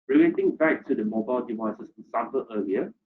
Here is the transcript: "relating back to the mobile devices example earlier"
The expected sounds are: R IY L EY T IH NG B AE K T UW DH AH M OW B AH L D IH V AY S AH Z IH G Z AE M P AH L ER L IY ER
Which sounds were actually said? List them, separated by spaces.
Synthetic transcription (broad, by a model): R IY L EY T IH NG B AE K T UW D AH M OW B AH L D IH V AY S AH S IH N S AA P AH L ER L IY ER